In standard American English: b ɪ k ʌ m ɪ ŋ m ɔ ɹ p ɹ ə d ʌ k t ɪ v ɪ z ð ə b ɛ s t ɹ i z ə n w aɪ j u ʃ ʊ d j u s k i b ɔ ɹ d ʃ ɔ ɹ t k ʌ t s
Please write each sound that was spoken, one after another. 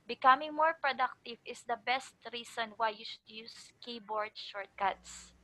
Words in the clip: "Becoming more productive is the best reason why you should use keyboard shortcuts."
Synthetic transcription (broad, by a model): b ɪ k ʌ m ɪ ŋ m ɔ ɹ p ɹ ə d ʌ k t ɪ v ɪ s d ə b ɛ s t ɹ i s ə n w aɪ j u ʃ ʊ d j u s k i b ɔ ɹ d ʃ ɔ ɹ t k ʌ t s